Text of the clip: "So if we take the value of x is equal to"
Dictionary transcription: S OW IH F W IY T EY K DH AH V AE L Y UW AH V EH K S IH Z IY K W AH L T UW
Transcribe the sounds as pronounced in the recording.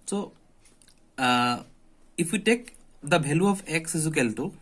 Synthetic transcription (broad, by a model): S OW IH F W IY T EY K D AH B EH L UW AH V EH K S IH Z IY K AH L T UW